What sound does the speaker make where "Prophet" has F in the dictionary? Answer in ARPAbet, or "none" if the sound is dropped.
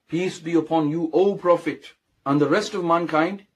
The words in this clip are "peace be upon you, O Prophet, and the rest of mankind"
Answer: F